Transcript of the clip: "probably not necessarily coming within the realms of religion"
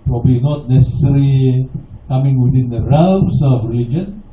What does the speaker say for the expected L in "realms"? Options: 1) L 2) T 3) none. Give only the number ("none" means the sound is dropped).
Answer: 3